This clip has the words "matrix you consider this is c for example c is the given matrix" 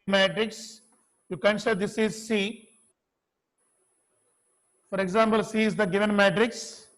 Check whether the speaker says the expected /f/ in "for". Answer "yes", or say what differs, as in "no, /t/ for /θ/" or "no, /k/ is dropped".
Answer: yes